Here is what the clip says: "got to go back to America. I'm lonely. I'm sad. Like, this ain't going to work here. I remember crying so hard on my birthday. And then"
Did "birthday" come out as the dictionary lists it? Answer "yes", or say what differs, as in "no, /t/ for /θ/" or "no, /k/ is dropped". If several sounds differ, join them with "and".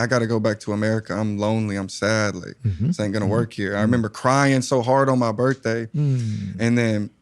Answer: yes